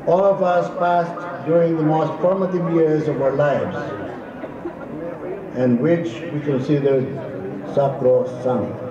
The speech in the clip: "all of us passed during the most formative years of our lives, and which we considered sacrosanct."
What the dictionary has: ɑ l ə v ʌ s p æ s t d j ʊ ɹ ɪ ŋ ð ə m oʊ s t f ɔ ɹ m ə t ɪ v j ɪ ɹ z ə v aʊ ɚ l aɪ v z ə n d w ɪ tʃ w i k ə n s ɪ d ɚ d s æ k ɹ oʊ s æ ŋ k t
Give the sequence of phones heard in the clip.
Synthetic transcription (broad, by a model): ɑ l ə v ʌ s p æ s t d j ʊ ɹ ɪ ŋ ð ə m oʊ s t f ɔ ɹ m ə t ɪ v j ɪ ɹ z ə v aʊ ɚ l aɪ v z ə n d w ɪ tʃ w i k ə n s ɪ d ɚ d s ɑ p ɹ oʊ s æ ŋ